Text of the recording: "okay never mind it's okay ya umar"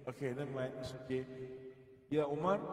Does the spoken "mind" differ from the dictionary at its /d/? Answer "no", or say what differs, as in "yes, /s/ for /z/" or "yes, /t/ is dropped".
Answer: yes, /d/ is dropped